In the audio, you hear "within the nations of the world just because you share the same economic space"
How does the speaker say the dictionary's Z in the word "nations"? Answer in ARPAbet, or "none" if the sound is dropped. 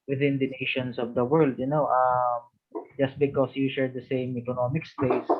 S